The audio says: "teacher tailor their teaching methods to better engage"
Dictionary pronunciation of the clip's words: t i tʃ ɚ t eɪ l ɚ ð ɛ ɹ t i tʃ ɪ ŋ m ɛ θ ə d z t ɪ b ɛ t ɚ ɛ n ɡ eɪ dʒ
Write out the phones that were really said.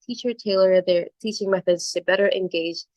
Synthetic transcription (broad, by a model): t i tʃ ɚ t eɪ l ɚ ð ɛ ɹ t i tʃ ɪ ŋ m ɛ θ ə d z t ɪ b ɛ t ɚ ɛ n ɡ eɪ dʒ